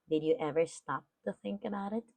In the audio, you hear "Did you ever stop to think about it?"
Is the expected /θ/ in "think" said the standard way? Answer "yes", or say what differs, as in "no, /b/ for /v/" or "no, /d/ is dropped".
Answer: yes